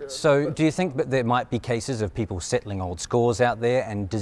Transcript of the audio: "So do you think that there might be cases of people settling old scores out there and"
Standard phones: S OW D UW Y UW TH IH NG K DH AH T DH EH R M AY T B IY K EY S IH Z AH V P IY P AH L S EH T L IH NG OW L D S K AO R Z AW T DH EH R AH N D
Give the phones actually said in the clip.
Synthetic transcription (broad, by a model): S OW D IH Y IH TH IH NG K DH AH T DH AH R M AY T B IY K EY S IH Z AH V P IY P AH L S EH T L IH NG OW L D S K AO R Z AW T DH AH R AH N D